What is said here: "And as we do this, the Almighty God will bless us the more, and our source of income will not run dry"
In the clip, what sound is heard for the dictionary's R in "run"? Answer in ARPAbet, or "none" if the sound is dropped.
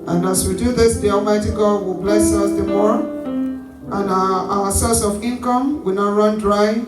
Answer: R